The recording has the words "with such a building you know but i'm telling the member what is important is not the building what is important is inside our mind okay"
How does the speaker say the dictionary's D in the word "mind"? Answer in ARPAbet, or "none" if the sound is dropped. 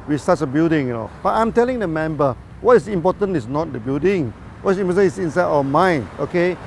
none